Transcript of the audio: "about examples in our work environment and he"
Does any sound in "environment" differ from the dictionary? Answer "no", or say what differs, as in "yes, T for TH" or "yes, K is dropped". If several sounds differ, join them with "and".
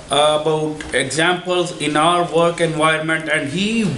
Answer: yes, R is dropped